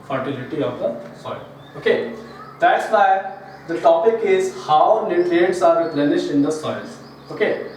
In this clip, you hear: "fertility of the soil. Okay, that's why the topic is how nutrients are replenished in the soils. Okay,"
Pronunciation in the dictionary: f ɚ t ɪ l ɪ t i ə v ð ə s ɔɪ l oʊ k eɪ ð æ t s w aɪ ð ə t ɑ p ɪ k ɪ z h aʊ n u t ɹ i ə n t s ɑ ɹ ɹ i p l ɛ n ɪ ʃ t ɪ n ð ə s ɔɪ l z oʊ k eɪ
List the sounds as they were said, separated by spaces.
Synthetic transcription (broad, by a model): f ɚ t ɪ l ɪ t i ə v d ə s ɔɪ l oʊ k eɪ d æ t s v aɪ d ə t ɑ p ɪ k ɪ z h aʊ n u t i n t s ɑ ɹ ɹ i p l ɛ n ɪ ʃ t ɪ n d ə s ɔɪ l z oʊ k eɪ